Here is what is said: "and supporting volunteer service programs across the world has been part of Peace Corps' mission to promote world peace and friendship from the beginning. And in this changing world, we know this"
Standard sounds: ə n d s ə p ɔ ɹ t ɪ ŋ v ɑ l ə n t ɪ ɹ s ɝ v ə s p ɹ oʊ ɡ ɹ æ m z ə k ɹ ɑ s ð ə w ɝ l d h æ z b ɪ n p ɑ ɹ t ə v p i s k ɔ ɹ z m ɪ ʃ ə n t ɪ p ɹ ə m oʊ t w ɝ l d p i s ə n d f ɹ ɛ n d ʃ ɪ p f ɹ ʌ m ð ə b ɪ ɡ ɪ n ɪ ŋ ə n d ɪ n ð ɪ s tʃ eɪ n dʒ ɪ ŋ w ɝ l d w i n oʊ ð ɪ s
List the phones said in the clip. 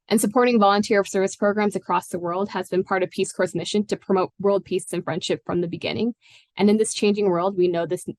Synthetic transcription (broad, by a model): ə n s ə p ɔ ɹ t ɪ ŋ v ɑ l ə n t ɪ ɹ s ɝ v ə s p ɹ oʊ ɡ ɹ æ m z ə k ɹ ɑ s ð ə w ɝ l d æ z b ɪ n p ɑ ɹ t ə v p i s k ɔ ɹ s m ɪ ʃ ə n t ɪ p ɹ ə m oʊ t w ɝ l d p i s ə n f ɹ ɛ n d ʃ ɪ p f ɹ ʌ m ð ə b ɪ ɡ ɪ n ɪ ŋ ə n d ɪ n ð ɪ s tʃ eɪ n dʒ ɪ ŋ w ɝ l d w i n oʊ ð ɪ s